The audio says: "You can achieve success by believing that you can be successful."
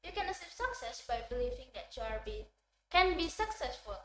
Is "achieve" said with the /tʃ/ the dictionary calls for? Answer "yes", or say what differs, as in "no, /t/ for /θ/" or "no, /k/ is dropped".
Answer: no, /s/ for /tʃ/